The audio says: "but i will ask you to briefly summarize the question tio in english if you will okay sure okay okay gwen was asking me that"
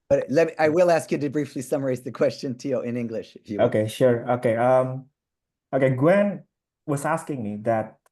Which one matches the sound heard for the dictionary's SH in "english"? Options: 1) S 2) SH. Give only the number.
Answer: 2